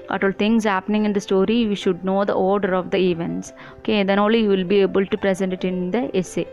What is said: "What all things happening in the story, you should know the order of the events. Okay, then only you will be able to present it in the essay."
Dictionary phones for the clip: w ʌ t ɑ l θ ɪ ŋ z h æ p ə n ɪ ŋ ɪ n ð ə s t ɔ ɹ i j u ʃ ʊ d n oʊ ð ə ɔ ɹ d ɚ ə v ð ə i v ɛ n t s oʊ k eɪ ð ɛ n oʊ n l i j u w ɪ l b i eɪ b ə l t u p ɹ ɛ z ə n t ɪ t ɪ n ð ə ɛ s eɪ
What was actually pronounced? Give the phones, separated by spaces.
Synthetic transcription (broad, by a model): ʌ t ɑ l t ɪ ŋ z h æ p ə n ɪ ŋ ɪ n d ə s t ɔ ɹ i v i ʃ ʊ d n oʊ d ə ɔ ɹ d ɚ ə v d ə i v ɛ n t s oʊ k eɪ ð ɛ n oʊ l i j u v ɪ l b i eɪ b ə l t u p ɹ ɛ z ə n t ɪ t ɪ n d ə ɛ s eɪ